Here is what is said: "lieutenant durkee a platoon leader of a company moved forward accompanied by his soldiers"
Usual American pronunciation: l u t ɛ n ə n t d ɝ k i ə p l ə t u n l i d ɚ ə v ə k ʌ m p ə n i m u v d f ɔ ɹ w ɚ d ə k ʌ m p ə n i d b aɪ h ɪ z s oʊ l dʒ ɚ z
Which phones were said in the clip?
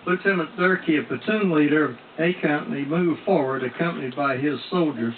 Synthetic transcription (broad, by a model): l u t ɛ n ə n d ɝ k i ə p ə t u n l i d ɚ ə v ə k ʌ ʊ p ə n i m u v f ɔ ɹ w ɚ d ə k ʌ m p ə n i d b aɪ ɪ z s oʊ l dʒ ɚ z